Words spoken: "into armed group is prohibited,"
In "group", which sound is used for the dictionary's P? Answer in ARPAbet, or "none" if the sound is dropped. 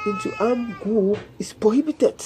none